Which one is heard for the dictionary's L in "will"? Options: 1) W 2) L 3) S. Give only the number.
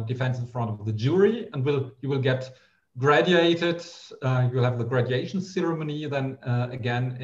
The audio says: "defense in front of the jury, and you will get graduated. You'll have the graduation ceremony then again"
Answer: 2